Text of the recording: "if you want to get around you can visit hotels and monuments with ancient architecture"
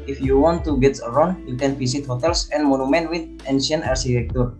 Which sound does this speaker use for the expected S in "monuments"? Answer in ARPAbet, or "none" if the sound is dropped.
none